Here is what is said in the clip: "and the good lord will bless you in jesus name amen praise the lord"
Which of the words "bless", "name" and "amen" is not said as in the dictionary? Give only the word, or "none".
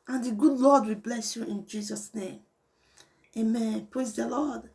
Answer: none